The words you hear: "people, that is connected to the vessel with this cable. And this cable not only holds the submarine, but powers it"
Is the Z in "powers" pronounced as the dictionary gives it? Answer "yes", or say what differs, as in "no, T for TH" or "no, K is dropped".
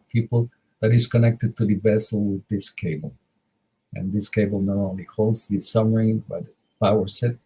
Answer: no, S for Z